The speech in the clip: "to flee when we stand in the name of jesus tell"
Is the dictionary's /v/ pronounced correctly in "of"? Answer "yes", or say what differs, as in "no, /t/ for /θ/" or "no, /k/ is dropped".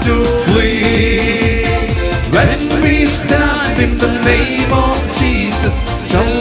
yes